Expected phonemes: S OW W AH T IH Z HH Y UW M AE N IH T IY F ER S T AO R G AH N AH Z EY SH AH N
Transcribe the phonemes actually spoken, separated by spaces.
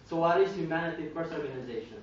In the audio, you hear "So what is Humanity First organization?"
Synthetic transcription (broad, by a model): S OW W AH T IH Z HH Y UW M AE N IH T IY P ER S AO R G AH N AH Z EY SH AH N